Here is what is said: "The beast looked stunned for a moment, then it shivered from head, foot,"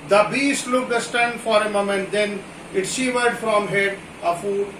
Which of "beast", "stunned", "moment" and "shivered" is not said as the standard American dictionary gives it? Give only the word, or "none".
shivered